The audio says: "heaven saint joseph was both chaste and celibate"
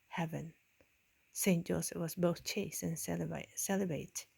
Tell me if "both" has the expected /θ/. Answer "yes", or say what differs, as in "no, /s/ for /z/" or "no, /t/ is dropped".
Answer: yes